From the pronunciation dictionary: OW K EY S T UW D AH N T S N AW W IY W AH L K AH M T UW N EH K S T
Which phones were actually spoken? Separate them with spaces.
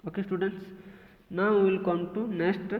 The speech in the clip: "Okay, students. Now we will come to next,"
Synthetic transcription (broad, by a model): OW K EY S T UW D AH N T S N AW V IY L K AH M T UW N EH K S T